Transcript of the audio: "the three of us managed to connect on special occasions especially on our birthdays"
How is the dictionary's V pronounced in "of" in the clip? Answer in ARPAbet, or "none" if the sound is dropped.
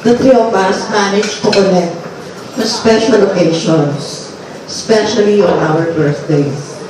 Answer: B